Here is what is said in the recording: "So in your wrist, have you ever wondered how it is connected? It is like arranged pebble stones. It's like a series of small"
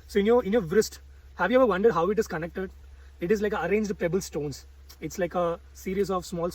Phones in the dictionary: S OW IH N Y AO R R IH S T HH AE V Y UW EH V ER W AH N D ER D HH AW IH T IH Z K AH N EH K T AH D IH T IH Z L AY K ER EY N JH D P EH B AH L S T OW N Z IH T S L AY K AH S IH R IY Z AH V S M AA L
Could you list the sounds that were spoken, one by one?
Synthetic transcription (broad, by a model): S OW IH N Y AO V R IH S T HH AE V Y UW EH V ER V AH N D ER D HH AW IH T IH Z K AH N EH K T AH D IH T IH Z L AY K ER EY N JH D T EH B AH L S T OW N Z IH T S L AY K AH S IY R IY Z AH V S M AA L